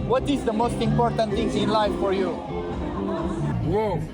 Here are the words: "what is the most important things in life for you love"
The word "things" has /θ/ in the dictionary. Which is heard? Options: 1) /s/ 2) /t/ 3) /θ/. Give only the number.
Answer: 2